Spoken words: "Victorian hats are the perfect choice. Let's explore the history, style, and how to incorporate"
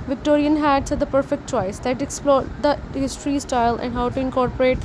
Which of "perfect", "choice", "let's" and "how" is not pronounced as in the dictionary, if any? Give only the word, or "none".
let's